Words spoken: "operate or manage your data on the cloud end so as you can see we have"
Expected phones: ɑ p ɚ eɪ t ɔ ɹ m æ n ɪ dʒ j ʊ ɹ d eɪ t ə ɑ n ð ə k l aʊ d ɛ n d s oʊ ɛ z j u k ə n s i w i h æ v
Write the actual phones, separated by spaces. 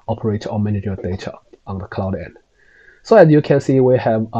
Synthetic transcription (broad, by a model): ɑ p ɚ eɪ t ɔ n m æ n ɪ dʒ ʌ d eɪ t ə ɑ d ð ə k l aʊ d ɛ n d s oʊ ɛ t j u k ə n s i w i h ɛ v